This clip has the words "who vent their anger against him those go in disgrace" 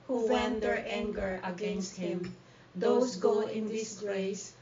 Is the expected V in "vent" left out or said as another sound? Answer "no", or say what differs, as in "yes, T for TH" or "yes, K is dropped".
yes, W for V